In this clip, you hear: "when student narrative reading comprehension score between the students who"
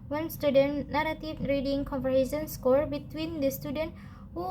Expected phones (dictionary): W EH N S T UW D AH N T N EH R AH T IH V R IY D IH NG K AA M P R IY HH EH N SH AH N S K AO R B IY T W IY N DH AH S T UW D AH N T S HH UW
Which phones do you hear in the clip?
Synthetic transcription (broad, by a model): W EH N S T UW D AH N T N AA R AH T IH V R IY D IH NG K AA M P IY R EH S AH N S K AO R B IY T W IY N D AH S T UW D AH N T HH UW